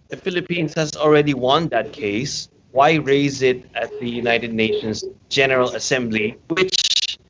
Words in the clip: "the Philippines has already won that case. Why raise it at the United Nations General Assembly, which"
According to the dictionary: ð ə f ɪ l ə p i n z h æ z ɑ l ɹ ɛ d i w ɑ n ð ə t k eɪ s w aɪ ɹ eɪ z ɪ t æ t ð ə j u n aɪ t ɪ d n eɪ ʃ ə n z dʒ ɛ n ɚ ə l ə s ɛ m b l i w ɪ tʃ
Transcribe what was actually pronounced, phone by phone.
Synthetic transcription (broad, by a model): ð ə f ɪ l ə p i n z h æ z ɑ l ɹ ɛ d i w ɑ n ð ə t k eɪ s w aɪ ɹ eɪ z ɪ t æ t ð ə j u n aɪ t ɪ d n eɪ ʃ ə n z dʒ ɛ n ɚ ə l ə s ɛ m b l i w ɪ tʃ